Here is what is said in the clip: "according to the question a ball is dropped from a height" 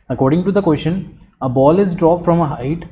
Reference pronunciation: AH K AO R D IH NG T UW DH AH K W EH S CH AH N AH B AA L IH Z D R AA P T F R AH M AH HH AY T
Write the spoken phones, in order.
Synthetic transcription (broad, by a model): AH K AO R D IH NG T UW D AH K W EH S SH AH N AH B AA L IH Z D R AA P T F R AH M AH HH AY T